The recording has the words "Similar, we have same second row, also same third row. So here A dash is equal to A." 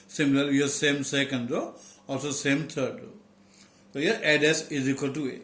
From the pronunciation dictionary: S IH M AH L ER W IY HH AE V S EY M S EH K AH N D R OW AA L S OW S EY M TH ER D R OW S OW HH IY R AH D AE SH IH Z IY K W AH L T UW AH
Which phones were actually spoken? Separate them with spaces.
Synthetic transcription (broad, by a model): S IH M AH L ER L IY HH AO S EY M S EH K AH N D R OW AA L S OW S EY M T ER D R OW S OW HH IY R AH D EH S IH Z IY K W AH L T UW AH